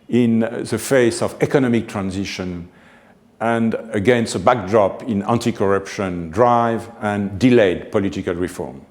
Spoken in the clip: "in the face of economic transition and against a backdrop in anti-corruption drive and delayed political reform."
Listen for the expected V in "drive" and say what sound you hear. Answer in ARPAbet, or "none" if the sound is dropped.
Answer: V